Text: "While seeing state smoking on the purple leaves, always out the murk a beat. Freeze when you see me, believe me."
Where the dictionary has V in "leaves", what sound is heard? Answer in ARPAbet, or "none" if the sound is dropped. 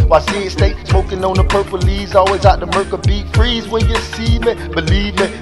none